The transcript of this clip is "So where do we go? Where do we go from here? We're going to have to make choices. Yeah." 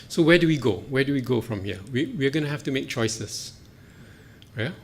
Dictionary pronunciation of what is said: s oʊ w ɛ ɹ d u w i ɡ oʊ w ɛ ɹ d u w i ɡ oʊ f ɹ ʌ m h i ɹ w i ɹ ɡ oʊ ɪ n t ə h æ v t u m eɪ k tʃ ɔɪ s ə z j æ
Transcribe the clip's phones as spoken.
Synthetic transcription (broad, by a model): s oʊ w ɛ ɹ d u w i ɡ oʊ w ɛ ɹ d u w i ɡ oʊ f ɹ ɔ m h i w w i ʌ ɡ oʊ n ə h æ f t u m eɪ k tʃ ɔɪ s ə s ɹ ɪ